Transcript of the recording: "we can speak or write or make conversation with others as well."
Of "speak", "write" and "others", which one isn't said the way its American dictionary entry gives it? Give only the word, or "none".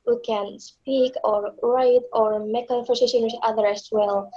others